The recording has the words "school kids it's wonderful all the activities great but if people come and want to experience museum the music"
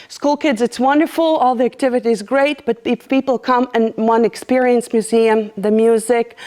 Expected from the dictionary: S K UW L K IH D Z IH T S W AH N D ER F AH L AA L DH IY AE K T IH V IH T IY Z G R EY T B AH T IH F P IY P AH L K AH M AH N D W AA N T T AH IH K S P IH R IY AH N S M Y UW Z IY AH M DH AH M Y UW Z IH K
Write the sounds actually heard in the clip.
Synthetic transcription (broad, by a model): S K UW L K IH D Z IH T S W AH N D ER F L AA L DH IY AE K T IH V IH T IY Z G R EY T B AH T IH P IY P L K AH M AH N W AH N IH K S P IH R IY AH N S M Y UW Z IY AH M DH AH M Y UW Z IH K